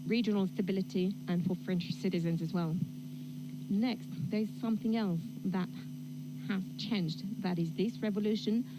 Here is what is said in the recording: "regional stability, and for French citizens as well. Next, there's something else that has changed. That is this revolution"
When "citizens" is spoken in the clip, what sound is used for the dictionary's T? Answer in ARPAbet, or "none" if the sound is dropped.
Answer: T